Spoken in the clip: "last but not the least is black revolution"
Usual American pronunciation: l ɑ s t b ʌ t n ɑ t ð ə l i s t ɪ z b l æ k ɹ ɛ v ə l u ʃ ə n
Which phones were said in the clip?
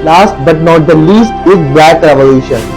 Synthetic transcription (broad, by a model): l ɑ s t b ʌ t n ɑ t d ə l i s t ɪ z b æ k ɹ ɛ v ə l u ʃ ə n